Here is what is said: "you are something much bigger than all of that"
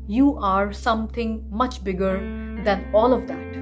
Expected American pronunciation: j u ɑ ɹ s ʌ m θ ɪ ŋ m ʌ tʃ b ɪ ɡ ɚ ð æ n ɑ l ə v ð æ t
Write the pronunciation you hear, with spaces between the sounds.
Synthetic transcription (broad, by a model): j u ɑ ɹ s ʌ m t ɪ ŋ m ʌ tʃ b ɪ ɡ ɚ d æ n ɑ l ə v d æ t